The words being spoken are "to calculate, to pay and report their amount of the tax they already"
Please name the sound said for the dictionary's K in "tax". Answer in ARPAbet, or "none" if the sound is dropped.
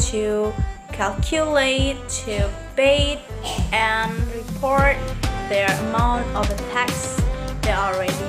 K